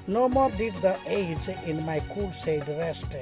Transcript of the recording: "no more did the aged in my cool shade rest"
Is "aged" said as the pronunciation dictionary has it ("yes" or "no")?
no